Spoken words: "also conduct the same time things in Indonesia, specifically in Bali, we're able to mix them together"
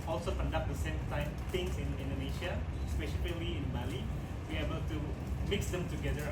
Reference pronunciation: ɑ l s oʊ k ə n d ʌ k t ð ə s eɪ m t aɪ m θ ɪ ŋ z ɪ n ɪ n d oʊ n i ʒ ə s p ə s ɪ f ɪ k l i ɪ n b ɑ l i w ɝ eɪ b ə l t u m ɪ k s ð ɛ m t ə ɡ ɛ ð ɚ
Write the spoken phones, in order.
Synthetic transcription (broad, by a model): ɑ l s oʊ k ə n d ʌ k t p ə s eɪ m t aɪ m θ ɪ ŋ s ɪ n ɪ n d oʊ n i ʃ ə s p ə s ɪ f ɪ l i ɪ n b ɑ l i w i eɪ b ə l t u m ɪ k s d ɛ m t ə ɡ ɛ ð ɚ